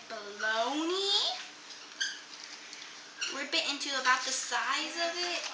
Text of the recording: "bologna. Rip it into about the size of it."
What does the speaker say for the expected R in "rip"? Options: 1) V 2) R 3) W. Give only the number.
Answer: 3